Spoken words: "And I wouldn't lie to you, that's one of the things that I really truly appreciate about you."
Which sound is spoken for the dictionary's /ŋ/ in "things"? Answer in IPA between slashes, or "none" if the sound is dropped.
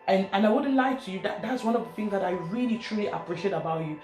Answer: /ŋ/